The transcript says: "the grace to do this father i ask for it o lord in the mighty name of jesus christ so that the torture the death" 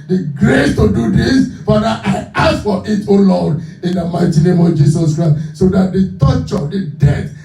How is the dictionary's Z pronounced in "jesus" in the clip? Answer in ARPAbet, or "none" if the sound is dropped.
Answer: S